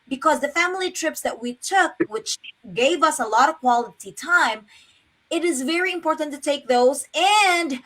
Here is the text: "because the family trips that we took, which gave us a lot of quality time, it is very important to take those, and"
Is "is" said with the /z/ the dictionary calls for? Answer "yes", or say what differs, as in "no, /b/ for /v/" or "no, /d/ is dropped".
yes